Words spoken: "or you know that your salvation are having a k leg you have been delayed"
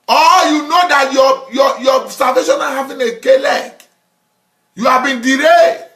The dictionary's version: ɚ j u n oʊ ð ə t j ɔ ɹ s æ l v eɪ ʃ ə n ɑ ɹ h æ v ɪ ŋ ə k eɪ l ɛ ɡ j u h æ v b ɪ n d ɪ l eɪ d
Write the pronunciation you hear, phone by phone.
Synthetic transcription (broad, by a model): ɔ j u n oʊ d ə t j ɔ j s æ l v eɪ ʃ ə n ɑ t h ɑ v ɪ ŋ ə k eɪ l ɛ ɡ j u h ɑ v b ɪ n d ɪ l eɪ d